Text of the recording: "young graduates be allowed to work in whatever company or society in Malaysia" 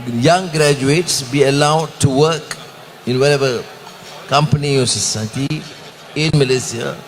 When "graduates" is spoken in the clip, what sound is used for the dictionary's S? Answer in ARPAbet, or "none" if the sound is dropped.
S